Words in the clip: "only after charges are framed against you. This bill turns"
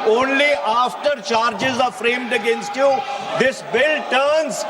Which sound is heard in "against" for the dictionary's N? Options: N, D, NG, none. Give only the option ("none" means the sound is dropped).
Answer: N